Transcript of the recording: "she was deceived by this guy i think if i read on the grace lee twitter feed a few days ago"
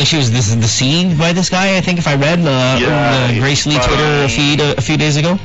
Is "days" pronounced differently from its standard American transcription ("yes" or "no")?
no